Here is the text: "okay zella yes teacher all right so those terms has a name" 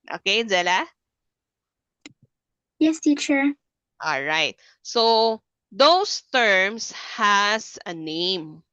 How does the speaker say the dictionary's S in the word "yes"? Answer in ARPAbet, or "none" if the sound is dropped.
S